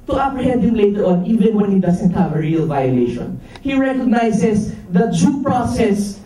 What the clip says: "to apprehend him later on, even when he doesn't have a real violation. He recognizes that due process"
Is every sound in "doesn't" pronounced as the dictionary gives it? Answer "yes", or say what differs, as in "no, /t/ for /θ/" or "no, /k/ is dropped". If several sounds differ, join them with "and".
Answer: no, /s/ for /z/